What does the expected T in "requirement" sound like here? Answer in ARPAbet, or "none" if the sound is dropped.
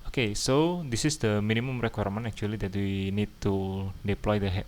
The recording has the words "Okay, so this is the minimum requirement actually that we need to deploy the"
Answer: none